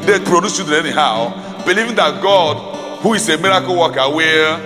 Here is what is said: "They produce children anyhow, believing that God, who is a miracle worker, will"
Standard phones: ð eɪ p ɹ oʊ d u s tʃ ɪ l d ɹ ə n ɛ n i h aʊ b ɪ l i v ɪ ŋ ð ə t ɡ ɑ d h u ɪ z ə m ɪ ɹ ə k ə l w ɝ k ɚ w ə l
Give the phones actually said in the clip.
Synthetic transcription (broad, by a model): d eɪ p ɹ oʊ d u s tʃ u d ə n ɛ n i h aʊ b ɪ l i v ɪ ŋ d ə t ɡ ɑ d h u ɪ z ə m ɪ ɹ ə k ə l w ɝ k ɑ w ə